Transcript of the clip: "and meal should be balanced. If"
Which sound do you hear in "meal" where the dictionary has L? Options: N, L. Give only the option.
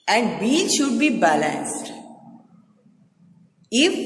N